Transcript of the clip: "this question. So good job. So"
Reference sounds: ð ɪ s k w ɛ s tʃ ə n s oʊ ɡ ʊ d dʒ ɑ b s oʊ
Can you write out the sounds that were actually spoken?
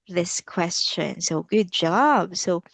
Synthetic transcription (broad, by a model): ð ɪ s k w ɛ s tʃ ə n s oʊ ɡ ʊ d dʒ ɑ b s oʊ